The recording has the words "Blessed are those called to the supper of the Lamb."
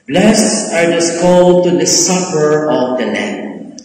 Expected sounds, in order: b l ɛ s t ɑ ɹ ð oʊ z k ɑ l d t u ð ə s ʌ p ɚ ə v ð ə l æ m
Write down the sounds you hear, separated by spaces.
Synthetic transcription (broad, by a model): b l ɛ s t ɑ ɹ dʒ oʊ s k ɑ l d t u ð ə s ʌ p ɚ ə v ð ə l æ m